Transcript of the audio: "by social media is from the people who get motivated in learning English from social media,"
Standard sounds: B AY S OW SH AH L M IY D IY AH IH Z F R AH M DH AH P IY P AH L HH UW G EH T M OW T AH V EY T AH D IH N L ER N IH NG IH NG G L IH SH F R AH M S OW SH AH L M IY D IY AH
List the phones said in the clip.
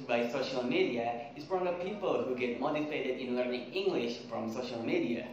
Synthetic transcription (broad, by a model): B AY S OW SH AH L M IY D IY AH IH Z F R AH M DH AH P IY P AH L HH UW G EH T M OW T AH F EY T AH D IH N L ER N IH NG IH NG G L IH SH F R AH M S OW SH AH L M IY D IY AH